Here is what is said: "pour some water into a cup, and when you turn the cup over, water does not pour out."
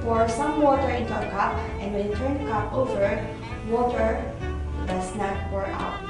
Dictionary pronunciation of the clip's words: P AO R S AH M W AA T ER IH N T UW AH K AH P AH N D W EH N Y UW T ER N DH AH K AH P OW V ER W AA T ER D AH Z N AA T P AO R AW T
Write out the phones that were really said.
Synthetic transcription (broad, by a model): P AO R S AH M W AA T ER IH N T UW AH K AH P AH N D W EH N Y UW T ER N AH K AH P OW V ER W AA T ER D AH S N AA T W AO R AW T